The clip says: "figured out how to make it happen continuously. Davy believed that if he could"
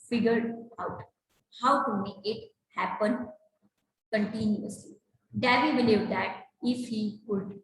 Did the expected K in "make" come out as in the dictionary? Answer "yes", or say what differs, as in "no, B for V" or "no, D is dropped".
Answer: no, K is dropped